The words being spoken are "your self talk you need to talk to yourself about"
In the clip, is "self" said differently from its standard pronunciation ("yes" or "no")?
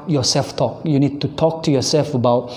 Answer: no